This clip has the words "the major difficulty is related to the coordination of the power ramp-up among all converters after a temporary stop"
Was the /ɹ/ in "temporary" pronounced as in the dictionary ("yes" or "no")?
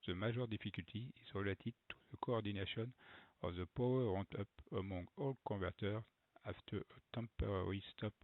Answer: yes